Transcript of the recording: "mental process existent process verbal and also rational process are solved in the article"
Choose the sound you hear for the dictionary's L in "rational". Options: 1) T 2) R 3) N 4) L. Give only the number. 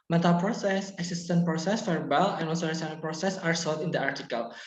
3